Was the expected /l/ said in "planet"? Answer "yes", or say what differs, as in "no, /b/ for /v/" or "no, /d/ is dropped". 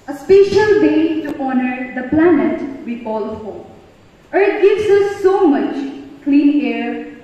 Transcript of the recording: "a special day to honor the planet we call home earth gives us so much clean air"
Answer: yes